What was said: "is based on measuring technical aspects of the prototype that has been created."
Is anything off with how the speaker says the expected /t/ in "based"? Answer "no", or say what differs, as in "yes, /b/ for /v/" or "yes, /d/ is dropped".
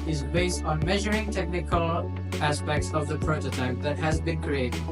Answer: no